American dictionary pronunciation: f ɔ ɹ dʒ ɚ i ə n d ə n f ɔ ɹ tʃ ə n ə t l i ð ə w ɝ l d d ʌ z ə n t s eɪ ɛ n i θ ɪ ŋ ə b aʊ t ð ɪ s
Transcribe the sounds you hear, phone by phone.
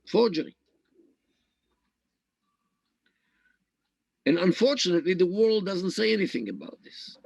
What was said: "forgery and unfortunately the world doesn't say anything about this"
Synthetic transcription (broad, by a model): f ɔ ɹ dʒ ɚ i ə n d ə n f ɔ ɹ tʃ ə n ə t l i ð ə w ɝ l d d ʌ z ə n t s eɪ ɛ n i θ ɪ ŋ ə b aʊ t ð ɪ s